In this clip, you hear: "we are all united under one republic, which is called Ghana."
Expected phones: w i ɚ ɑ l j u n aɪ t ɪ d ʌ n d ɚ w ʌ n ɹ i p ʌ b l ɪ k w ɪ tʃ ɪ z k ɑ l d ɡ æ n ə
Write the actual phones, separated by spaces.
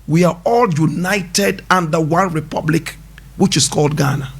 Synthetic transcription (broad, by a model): w i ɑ ɑ l j u n aɪ t ɪ d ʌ n d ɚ w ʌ n ɹ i p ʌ b l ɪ k w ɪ tʃ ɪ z k ɑ l d ɡ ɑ n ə